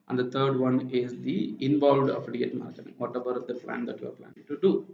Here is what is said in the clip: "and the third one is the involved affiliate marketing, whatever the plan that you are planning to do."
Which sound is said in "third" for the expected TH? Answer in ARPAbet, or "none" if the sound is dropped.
T